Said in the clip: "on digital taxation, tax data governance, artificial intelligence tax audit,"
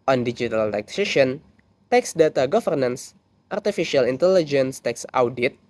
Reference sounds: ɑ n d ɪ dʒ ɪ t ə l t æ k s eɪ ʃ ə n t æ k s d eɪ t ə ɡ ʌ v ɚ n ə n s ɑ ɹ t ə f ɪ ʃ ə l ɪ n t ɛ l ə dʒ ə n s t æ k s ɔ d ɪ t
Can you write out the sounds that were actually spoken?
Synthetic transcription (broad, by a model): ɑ n d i dʒ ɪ t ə l t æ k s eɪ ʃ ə n t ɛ k s d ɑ t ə ɡ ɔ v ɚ n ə n s ɑ ɹ t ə f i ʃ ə l ɪ n t ɛ l ə dʒ ə n s t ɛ k s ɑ d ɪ t